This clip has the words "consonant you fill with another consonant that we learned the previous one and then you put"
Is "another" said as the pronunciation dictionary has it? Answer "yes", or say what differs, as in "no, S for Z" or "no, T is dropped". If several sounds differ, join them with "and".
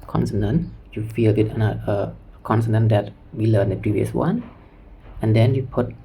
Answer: no, DH is dropped